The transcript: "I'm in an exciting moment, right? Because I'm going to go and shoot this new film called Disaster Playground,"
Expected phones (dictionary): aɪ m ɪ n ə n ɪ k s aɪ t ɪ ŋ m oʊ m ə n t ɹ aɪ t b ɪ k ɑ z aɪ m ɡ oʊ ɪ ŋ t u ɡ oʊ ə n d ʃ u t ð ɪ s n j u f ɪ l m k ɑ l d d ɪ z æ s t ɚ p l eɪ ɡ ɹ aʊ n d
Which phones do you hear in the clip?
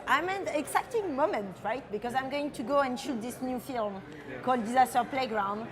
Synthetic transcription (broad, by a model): aɪ m ɪ n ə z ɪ k t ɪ ŋ m oʊ m ə n t ɹ aɪ t b ɪ k ɑ z aɪ m ɡ oʊ ɪ ŋ t u ɡ oʊ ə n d ʃ u t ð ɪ s n j u f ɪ l m k ɑ l d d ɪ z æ s t ɚ p l eɪ ɡ ɹ aʊ n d